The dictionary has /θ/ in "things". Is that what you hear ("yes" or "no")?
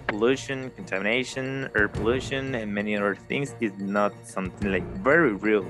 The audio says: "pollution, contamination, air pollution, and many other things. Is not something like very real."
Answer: yes